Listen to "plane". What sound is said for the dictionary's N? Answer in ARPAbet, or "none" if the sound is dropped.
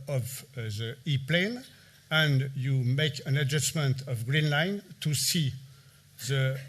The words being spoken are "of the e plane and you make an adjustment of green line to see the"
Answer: N